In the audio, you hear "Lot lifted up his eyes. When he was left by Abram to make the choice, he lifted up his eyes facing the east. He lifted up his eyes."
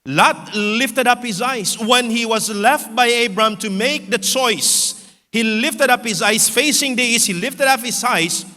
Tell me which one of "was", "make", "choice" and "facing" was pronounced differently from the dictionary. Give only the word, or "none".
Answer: none